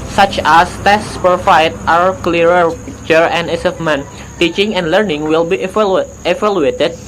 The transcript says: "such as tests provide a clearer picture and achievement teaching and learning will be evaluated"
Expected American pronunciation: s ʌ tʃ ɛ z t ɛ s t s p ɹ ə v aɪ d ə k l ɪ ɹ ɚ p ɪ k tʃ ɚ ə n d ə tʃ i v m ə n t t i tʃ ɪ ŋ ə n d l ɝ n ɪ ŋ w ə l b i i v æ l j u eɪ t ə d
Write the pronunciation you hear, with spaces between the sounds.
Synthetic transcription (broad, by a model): s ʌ tʃ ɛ s t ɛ s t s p ə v aɪ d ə k l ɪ ɹ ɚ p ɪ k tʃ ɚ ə n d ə s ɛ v m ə n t t i tʃ ɪ ŋ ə n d l ɝ n ɪ ŋ w ə l b i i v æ l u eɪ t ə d